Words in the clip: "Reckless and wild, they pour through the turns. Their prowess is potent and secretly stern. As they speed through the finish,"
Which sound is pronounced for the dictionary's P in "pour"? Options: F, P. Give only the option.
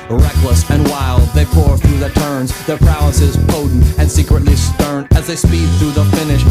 P